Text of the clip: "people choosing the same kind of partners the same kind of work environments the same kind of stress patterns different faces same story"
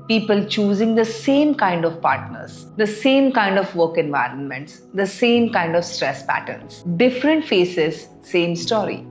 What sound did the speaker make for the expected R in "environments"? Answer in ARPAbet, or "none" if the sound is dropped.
R